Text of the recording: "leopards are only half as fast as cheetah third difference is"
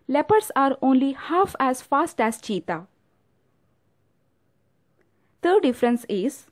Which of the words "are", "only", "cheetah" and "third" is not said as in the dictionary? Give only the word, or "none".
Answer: third